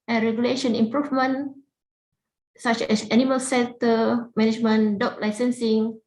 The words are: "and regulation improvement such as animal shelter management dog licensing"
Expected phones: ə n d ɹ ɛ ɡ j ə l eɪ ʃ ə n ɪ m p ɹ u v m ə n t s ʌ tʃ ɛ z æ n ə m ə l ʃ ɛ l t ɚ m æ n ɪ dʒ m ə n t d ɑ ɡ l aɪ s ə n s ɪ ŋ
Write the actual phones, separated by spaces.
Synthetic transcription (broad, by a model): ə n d ɹ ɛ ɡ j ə l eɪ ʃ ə n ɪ m p ɹ u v m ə n s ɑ tʃ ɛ s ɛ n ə m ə l s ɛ n t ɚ m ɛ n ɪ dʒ m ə n d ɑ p l aɪ s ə n s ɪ ŋ